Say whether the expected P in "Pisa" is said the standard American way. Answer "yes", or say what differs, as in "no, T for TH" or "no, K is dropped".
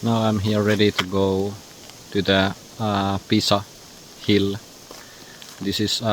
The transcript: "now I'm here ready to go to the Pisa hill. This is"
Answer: yes